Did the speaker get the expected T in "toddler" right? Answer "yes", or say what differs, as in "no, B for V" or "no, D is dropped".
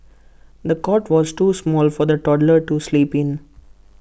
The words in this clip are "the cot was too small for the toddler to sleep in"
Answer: yes